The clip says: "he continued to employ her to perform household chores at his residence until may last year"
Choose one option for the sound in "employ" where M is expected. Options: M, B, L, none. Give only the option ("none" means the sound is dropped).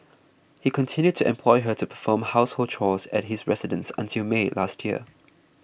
M